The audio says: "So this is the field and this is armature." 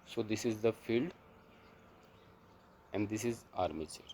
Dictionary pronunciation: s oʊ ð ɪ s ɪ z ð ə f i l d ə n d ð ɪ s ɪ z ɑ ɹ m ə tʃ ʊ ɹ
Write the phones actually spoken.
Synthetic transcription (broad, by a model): s oʊ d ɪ s ɪ z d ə f i l d ə n d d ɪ s ɪ z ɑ ɹ m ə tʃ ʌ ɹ